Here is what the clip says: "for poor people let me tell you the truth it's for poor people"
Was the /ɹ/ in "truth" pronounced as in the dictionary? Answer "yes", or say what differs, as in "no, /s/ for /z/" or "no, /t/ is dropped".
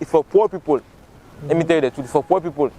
no, /ɹ/ is dropped